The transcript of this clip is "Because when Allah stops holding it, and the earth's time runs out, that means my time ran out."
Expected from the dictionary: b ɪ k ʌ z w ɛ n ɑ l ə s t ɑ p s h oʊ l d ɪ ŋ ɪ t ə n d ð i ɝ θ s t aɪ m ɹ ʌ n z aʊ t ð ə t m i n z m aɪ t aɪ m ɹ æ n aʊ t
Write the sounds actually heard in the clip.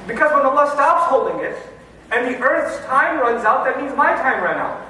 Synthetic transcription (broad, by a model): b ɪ k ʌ z w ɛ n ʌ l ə s t ɑ p s h oʊ l d ɪ ŋ ɪ t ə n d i ɝ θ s t aɪ m ɹ ʌ n z aʊ t ð ə t m i n z m aɪ t aɪ m ɹ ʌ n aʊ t